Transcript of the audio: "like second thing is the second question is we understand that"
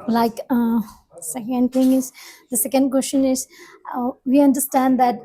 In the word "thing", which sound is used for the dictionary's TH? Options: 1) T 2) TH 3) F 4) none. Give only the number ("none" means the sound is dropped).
1